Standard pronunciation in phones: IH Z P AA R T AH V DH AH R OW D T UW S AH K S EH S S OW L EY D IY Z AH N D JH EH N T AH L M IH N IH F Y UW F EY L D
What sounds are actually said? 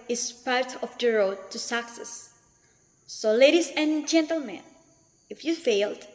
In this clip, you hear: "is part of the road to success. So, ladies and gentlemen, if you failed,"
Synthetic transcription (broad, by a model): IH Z P AA R T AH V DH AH R OW D T UW S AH K S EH S S OW L EY D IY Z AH N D JH EH N T AH L M IH N IH F Y UW F EY L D